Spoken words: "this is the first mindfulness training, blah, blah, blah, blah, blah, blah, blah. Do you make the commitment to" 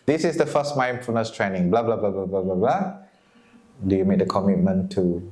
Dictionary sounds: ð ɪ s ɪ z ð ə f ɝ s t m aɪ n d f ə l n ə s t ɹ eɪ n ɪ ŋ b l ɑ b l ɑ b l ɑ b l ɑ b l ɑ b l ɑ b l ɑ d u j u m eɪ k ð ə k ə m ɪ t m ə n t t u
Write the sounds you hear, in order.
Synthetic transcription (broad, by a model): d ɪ s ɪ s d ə f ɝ s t m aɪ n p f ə n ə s t ɹ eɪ n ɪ ŋ b l ɑ b l ɑ b l ɑ b l ɑ b l ɑ b l ɑ b l ɑ d u j u m eɪ k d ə k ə m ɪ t m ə n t t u